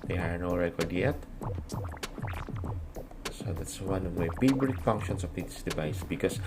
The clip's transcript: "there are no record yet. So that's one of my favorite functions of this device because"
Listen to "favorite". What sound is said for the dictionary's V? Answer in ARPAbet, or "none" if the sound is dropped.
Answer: B